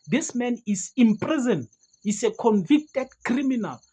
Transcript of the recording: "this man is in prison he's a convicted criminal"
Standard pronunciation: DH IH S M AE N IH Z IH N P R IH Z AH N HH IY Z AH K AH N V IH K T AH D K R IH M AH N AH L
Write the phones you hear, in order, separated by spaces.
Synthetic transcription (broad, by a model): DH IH S M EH N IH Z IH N P R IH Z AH N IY S AH K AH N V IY K T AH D K R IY M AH N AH L